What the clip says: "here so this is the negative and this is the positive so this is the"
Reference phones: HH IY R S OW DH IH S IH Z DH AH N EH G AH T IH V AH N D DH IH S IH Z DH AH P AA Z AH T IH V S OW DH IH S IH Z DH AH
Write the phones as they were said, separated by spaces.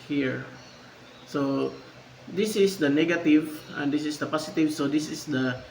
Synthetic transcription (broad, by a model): HH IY R S OW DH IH S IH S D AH N EH G AH T IH V AH N D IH S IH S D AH P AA S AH T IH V S OW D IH S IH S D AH